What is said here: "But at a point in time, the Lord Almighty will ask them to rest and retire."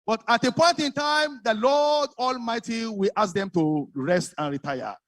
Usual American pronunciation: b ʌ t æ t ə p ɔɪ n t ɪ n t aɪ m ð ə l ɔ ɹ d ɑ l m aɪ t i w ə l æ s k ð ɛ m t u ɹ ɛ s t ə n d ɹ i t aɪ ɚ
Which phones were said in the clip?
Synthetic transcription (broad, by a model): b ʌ t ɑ t ə p ɔɪ n t ɪ n t aɪ m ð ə l ɔ d ɑ l m aɪ t i w ə l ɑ s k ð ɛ m t u ɹ ɛ s t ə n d ɹ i t aɪ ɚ